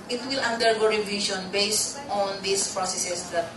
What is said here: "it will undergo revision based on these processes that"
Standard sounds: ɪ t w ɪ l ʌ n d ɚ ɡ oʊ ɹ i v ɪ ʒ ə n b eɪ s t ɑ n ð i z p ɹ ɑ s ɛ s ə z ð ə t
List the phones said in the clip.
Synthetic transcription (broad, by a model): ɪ t w ɪ l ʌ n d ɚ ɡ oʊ ɹ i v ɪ ʃ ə n b eɪ s t ɑ n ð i s p ɹ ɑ s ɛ s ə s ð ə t